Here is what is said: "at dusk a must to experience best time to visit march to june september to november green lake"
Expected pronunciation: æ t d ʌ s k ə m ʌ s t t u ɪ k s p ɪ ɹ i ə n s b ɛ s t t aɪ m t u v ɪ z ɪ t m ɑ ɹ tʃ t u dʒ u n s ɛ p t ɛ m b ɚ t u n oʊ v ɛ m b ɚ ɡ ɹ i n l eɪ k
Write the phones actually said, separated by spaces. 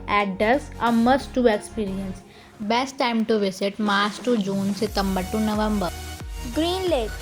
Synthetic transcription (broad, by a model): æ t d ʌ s ə m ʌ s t t u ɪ k s p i ɹ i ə n s b ɛ s t t aɪ m t u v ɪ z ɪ t m ɑ ɹ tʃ t u dʒ u n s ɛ t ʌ m b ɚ t u n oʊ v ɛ m b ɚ ɡ ɹ i n l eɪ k